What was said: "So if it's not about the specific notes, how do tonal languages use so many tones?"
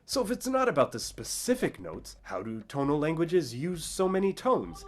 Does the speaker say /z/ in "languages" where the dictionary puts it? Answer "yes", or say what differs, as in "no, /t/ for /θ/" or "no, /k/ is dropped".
yes